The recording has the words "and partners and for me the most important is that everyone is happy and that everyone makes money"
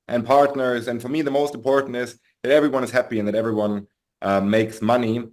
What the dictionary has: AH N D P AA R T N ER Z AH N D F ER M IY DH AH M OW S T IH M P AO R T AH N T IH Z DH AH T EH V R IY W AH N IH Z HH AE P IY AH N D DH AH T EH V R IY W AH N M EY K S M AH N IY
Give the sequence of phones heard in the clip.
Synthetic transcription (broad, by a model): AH N P AA R T N ER Z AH N F ER M IY DH AH M OW S T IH M P AO R T N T IH Z DH AH T EH V R IY W AH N IH Z HH AE P IY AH N DH AH T EH V R IY W AH N M EY K S M AH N IY